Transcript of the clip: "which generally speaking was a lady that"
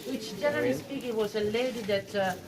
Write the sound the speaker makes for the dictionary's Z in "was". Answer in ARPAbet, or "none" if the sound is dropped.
S